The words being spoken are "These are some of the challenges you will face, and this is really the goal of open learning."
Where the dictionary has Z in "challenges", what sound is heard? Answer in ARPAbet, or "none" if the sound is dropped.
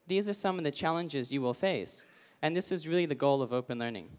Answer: Z